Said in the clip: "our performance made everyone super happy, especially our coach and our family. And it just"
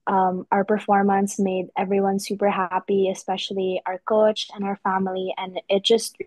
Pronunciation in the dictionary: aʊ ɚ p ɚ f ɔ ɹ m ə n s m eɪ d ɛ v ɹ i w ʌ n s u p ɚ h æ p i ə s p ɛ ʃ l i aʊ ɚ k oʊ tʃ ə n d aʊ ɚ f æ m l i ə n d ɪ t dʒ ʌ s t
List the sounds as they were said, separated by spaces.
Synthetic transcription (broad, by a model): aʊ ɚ p ɚ f ɔ ɹ m ə n s m eɪ d ɛ v ɹ i w ʌ n s u p ɚ h æ p i ə s p ɛ ʃ l i aʊ ɚ k oʊ tʃ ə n aʊ ɚ f æ m l i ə n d ɪ t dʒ ʌ s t